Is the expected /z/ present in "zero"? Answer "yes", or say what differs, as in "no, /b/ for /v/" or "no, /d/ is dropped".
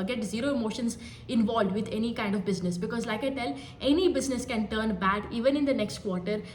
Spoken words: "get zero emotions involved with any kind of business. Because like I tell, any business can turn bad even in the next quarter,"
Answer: yes